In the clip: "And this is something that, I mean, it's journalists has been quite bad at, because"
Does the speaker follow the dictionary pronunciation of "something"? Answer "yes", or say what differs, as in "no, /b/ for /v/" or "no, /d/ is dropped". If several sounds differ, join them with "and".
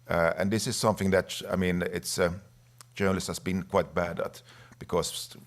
yes